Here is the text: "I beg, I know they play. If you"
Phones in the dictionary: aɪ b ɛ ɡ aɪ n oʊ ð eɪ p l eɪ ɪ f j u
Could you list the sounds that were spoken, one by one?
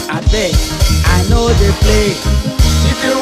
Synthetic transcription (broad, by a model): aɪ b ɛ aɪ n oʊ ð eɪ p l eɪ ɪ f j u